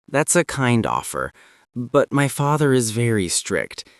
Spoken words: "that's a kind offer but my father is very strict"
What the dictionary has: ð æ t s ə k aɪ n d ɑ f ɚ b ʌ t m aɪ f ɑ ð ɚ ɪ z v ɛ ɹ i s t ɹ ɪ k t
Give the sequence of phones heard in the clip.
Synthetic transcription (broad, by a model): ð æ t s ə k aɪ n d ɑ f ɚ b ʌ t m aɪ f ɑ ð ɚ ɪ z v ɛ ɹ i s t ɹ ɪ k t